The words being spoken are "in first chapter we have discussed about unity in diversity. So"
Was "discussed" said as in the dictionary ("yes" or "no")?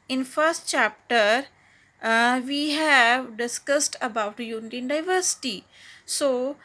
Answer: yes